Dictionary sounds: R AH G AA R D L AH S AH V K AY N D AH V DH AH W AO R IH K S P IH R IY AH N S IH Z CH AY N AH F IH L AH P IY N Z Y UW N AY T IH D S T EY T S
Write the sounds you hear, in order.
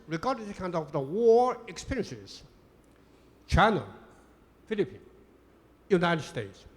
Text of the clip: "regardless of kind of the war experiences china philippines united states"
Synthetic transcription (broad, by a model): R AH G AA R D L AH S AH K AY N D AH V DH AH W AO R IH K S P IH R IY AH N S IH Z CH AY N AH F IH L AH P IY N Y UW N AY T IH D S T EY T S